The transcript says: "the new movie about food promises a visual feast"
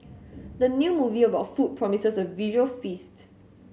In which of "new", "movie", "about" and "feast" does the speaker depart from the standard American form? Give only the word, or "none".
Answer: none